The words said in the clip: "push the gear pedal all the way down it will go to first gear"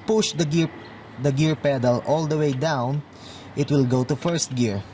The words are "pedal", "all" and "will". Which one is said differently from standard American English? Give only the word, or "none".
none